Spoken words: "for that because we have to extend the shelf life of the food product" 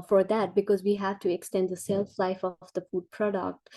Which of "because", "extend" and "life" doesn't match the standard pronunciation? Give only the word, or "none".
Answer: none